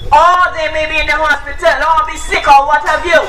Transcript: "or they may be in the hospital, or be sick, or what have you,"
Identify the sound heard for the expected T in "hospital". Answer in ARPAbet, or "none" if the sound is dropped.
T